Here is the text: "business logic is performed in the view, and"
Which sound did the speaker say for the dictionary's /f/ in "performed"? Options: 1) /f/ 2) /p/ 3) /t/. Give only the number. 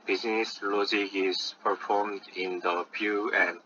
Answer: 1